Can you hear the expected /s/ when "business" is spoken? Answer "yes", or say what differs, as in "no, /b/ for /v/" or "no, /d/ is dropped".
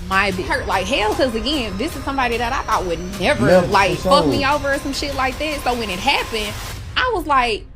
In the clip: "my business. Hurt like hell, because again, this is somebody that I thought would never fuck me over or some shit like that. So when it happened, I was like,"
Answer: no, /s/ is dropped